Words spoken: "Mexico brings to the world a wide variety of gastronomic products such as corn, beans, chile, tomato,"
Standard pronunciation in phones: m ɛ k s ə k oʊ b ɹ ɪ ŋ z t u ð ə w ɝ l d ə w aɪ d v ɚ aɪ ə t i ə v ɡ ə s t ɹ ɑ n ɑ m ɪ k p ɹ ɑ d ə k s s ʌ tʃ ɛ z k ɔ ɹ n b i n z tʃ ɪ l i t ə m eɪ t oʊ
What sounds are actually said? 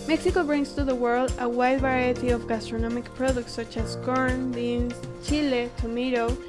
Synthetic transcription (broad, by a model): m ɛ k s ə k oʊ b ɹ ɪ ŋ s t u ð ə w ɝ l d ə w aɪ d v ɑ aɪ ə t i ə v ɡ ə s t ɹ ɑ n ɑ m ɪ k p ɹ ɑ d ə k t s ʌ tʃ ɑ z k ɔ ɹ n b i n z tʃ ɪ l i t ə m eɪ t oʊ